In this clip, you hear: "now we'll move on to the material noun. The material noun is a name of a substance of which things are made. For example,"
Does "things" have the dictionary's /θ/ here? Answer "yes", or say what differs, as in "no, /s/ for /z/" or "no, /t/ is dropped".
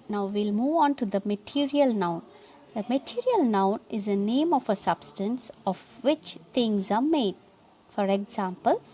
no, /t/ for /θ/